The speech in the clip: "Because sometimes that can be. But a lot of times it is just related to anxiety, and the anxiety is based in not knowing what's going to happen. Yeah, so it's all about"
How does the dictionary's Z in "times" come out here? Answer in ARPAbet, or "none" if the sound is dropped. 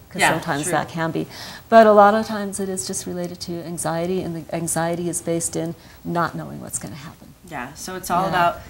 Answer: Z